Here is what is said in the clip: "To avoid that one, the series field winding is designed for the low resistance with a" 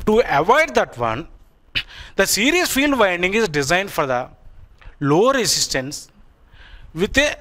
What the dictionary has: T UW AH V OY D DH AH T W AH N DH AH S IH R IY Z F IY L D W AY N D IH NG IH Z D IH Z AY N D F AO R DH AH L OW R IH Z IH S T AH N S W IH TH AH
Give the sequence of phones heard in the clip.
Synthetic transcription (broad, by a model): T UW AH V OY D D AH T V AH N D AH S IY R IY S F IY L D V AY N D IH NG IH Z D IH Z AY N D F AO R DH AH L OW R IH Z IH S T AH N S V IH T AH